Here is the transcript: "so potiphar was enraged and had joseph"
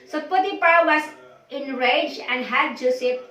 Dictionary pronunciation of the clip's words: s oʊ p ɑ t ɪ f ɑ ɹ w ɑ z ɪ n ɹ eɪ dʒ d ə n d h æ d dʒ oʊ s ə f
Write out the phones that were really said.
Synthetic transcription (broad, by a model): s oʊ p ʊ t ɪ p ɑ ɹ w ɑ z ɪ n ɹ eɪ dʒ ə n d h æ d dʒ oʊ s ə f